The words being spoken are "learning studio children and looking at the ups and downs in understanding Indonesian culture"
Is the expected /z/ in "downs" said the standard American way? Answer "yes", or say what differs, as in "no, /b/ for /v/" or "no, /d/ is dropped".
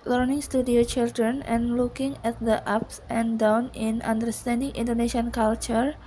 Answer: no, /z/ is dropped